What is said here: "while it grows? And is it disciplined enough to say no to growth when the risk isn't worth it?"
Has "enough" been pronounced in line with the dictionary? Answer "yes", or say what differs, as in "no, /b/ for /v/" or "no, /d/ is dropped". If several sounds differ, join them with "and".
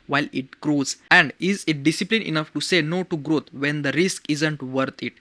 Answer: yes